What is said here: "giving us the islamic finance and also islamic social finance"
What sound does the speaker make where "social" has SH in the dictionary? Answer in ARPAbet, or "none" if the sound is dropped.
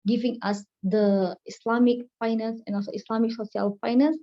S